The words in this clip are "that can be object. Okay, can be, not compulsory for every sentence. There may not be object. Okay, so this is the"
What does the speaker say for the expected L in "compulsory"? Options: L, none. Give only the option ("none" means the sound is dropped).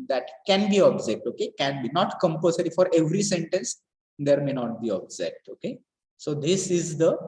none